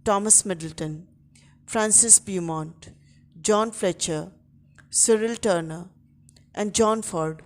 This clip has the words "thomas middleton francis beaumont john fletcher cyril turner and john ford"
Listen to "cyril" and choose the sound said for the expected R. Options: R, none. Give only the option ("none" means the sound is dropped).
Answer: R